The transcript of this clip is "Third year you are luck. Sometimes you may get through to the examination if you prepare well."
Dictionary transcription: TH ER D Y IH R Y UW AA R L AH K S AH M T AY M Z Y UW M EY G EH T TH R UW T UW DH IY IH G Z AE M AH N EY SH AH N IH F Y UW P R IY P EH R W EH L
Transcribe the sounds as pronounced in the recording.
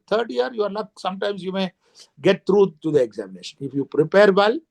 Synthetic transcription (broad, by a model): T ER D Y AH R Y UW AA R N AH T S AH M T AY M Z Y UW M EY G EH T T R UW T UW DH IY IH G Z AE M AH N EY SH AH N IH F Y UW P R IY P EH R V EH L